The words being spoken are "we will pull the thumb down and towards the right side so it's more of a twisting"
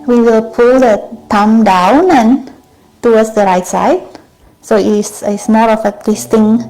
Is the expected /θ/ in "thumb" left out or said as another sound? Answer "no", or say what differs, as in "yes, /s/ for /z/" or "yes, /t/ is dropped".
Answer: yes, /t/ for /θ/